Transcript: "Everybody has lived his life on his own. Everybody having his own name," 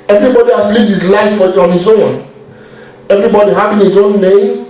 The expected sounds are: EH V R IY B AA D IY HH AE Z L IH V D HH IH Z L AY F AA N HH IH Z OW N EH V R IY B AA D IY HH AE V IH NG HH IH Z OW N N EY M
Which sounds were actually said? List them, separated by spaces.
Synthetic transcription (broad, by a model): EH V R IY B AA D IY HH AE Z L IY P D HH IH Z L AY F AA N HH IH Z OW N EH V R IY B AA D IY HH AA P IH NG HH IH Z OW N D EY